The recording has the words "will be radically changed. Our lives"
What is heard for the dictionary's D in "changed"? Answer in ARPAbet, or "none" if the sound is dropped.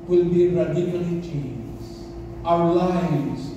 none